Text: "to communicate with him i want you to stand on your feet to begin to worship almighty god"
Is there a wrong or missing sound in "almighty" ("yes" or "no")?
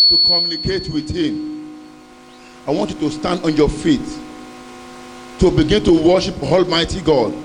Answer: no